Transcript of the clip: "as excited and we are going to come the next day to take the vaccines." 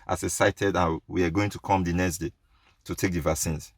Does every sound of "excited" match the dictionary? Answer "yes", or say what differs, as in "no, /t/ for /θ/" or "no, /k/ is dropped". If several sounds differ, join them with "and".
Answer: no, /k/ is dropped